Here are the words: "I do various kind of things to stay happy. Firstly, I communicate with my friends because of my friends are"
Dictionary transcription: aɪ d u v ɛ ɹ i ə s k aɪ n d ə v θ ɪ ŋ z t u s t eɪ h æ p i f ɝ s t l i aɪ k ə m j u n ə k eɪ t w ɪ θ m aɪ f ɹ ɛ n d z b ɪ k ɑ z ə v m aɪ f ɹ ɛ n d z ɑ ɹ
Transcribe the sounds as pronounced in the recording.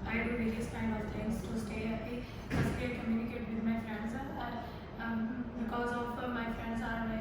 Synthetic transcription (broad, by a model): aɪ d u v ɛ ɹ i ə s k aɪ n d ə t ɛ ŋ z t u s t eɪ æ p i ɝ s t i k ə m j u n ə k eɪ t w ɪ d m aɪ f ɹ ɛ n d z b ɪ k ɑ z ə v m aɪ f ɹ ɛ n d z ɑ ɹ